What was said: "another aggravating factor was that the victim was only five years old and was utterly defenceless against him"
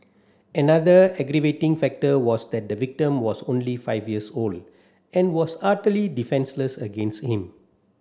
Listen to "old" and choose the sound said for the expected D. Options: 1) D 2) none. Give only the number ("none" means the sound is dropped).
1